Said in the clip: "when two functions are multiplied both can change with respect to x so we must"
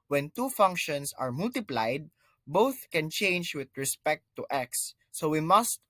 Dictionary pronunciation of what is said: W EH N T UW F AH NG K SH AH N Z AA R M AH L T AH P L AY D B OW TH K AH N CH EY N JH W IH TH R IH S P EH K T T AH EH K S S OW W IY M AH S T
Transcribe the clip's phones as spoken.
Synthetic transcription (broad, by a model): W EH N T UW F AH NG K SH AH N S AA R M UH L T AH P L AY D B OW TH K AH N CH EY N JH W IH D R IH S P EH K T T EH K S S OW W IY M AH S T